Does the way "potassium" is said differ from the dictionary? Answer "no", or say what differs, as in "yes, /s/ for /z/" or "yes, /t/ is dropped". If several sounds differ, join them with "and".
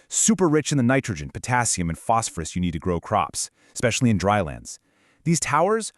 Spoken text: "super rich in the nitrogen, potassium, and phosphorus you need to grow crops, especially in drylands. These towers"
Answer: no